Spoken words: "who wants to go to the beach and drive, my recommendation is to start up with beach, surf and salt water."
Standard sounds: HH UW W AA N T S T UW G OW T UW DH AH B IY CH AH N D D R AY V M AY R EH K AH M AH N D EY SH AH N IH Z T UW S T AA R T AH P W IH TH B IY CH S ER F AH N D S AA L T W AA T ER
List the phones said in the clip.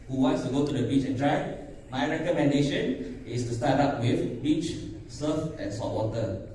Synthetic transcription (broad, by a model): HH UW W AA N T S T UW G OW T UW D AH B IY CH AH N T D R AY M AY R EH K AH M AH N D EY SH AH N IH S T UW S T AA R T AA P W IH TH B IY CH S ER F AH N S AA T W AA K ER